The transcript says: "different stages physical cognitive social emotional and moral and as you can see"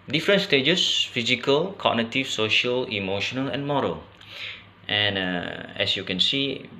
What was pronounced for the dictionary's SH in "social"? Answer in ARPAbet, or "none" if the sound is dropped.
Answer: SH